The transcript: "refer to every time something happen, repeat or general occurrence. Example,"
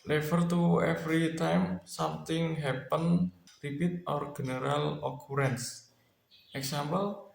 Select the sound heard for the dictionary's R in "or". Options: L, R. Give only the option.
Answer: R